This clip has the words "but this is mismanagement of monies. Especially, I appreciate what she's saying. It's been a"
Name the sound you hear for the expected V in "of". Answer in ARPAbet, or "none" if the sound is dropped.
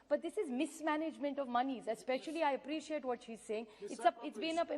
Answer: V